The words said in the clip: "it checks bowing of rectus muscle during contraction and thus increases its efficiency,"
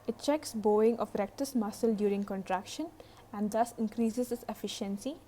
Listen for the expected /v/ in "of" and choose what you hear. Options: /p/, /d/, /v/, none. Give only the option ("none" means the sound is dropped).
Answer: /p/